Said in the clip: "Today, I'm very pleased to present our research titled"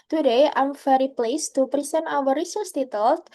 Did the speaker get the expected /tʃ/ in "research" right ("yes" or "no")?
no